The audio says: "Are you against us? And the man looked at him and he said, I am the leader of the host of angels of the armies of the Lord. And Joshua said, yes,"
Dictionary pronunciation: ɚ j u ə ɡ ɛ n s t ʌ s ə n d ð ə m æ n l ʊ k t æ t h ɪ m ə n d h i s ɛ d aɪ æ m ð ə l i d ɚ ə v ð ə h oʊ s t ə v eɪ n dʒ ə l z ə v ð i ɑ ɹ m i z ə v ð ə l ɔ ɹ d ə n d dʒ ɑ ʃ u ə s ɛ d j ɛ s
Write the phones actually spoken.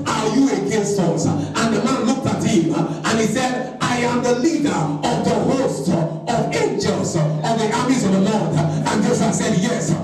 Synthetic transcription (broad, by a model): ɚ j u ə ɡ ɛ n s t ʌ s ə n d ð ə m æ n l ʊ k t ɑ t h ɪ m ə n h i s ɛ d aɪ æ m ð ə l i d ɚ ə v ð ə h oʊ s t ə v eɪ n dʒ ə l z ə v ð i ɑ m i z ə v ð ə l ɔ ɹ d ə n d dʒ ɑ s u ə s ɛ d j ɛ s